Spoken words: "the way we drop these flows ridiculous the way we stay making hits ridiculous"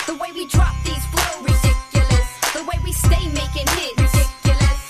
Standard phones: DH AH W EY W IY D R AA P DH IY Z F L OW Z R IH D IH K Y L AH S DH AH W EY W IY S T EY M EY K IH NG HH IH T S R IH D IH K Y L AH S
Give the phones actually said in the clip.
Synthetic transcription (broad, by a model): DH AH W EY W IY D R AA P DH IY Z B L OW R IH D IH K Y L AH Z DH AH W EY W IY S T EY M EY K IH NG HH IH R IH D IH K Y L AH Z